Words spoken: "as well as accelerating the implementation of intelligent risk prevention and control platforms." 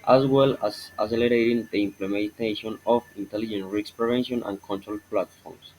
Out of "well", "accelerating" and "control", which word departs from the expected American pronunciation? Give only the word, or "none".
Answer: accelerating